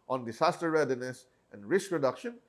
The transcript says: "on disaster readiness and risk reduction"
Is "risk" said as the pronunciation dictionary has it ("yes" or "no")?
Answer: yes